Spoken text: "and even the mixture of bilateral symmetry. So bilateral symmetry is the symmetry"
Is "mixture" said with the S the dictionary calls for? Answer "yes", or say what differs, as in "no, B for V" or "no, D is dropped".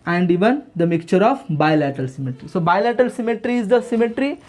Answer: no, S is dropped